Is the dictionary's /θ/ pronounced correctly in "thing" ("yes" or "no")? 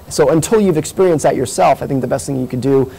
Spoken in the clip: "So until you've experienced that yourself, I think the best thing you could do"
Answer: yes